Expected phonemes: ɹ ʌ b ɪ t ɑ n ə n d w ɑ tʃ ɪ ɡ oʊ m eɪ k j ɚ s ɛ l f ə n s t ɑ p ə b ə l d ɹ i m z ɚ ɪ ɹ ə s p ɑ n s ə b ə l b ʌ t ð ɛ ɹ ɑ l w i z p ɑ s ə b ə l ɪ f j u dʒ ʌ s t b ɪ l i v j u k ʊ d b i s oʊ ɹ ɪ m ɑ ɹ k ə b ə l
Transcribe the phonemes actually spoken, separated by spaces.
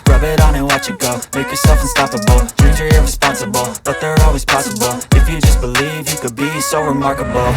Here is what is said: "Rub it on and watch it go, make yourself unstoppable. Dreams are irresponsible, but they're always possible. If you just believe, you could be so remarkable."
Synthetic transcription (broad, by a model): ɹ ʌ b ɪ t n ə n w ɑ tʃ ɪ ɡ oʊ m eɪ k j ɚ s ɛ l f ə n s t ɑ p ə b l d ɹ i z ɚ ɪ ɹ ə s p ɑ n s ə b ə l b ʌ t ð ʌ ɹ ɑ l w i z p ɑ s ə b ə l ɪ f j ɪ dʒ ʌ s b ɪ l i v j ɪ k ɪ d b i s oʊ ɹ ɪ m ɑ ɹ k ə b l